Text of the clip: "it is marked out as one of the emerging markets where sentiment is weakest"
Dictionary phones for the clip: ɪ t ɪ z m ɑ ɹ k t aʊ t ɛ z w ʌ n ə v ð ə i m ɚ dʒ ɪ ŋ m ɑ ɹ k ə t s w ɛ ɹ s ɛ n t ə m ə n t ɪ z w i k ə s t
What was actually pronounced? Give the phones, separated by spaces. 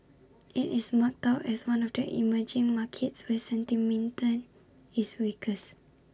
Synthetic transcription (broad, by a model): ɪ t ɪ s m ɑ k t aʊ t ɛ s w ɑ n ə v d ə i m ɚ dʒ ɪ ŋ m ɑ k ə t s w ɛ s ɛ n t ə m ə n t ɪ s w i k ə s